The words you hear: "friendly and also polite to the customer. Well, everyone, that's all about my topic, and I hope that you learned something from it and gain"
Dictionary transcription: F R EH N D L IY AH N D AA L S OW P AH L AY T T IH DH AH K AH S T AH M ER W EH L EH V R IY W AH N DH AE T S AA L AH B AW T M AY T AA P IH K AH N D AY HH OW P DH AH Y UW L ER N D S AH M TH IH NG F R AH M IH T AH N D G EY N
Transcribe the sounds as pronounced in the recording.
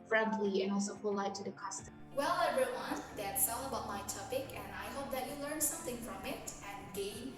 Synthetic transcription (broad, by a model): F R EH N D L IY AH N AA L S OW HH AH L AY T T IH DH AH K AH S T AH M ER W EH L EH R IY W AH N DH AE T S AA L AH B AW T M AY T AA P IH K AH N AY HH OW P DH AH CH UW L ER N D S AH M TH IH NG F R AH M IH T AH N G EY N